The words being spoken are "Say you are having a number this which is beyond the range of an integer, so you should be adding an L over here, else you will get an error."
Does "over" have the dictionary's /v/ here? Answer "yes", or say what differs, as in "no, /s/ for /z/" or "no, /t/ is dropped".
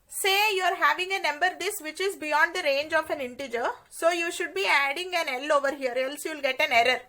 yes